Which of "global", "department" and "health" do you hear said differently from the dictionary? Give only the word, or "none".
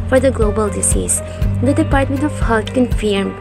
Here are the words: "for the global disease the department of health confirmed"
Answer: health